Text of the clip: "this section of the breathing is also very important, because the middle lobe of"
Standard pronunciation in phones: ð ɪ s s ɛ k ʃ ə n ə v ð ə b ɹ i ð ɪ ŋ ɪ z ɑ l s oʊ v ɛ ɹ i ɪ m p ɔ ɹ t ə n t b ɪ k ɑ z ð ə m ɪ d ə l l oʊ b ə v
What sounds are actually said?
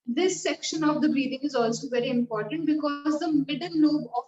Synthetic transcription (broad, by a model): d ɪ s s ɛ k ʃ ə n ə v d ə b ɹ i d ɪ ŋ ɪ z ɑ l s oʊ v ɛ ɹ i ɪ m p ɔ ɹ t ə n t b ɪ k ɑ z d ə m ɪ d ə l n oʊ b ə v